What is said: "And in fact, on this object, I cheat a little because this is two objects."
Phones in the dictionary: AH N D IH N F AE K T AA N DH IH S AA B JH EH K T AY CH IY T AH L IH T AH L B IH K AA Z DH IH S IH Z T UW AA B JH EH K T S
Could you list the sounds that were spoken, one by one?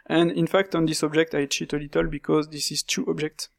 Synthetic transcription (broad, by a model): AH N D IH N F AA K T AA N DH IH S AA B JH EH K T AY CH IY T AH L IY T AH L B IH K AA Z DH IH S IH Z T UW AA B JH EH K T S